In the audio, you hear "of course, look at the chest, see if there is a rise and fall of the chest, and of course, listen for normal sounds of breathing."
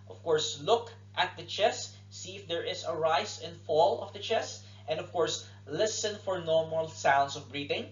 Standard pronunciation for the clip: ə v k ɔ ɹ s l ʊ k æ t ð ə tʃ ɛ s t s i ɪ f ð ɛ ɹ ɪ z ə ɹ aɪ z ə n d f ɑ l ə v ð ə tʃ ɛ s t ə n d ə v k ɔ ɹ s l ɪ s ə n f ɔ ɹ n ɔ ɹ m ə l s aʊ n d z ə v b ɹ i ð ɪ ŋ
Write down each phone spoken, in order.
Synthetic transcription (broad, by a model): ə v k ɔ ɹ s l ʊ k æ t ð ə tʃ ɛ s t s i ɪ f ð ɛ ɹ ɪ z ə ɹ aɪ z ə n f ɑ l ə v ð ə tʃ ɛ s t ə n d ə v k ɔ ɹ s l ɪ s ə n f ɔ ɹ n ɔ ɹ m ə l s aʊ n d s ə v b ɹ i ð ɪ ŋ